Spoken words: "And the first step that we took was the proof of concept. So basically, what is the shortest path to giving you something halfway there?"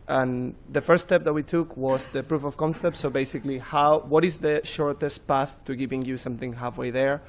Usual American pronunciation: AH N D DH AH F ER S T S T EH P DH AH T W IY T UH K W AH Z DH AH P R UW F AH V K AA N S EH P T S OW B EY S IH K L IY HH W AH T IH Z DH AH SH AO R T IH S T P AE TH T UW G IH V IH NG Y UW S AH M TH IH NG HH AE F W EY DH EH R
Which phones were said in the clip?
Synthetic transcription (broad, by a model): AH N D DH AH F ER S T S T EH P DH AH T W IY T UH K W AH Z DH AH P R UW F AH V K AA N S EH P T S OW B EY S IH K L IY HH W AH T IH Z DH AH SH AO R T IH S T P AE TH T UW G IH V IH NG Y UW S AH M TH IH NG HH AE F W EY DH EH R